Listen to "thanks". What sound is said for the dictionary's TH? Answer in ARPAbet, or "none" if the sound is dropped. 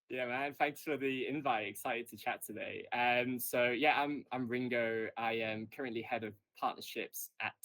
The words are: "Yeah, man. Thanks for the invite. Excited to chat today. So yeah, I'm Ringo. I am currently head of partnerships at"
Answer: TH